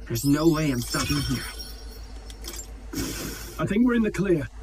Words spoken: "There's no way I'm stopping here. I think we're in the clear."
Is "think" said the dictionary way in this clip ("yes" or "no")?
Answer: yes